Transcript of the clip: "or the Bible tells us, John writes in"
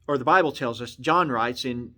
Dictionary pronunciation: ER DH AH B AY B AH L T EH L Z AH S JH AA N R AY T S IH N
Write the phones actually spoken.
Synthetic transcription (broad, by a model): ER DH AH B AY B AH L T EH L Z AH S JH AA N R AY T S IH N